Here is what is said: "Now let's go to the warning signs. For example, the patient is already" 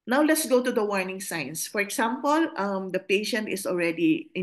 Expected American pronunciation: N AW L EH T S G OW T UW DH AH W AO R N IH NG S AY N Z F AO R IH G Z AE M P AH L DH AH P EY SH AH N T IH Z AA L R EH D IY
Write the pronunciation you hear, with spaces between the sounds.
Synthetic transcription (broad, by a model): N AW L EH T S G OW T UW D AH W AO R N IH NG S AY N S F AO R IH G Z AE M P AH L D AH P EY SH AH N T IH S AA L R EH D IY